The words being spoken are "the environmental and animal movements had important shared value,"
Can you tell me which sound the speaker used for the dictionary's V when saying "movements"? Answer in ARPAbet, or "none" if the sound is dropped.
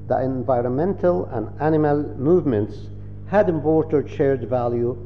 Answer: V